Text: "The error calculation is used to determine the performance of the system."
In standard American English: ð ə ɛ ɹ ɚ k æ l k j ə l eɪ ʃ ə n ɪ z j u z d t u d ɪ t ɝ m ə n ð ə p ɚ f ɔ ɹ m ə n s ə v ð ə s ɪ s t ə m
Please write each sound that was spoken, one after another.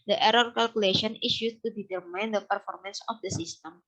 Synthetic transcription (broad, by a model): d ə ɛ ɹ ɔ k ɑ l k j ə l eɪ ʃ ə n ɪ s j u t u d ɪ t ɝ m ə n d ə p ɚ f ɔ ɹ m ə n s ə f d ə s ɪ s t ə m